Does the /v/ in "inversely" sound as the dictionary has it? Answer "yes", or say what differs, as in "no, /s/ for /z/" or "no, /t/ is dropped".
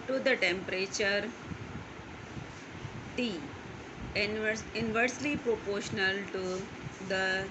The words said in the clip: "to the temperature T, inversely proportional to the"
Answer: yes